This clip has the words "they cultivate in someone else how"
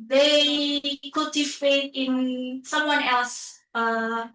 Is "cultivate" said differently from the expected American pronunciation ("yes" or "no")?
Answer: yes